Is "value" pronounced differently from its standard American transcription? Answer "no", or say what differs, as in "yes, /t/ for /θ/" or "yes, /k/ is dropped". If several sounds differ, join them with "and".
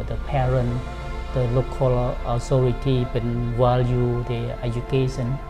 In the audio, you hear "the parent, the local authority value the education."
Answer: yes, /w/ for /v/